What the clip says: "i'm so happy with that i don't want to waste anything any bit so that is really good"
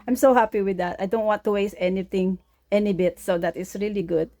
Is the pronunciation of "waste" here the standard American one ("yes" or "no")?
no